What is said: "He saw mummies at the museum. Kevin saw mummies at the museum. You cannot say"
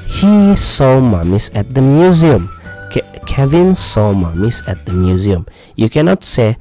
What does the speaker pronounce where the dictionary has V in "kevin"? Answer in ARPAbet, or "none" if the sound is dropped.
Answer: V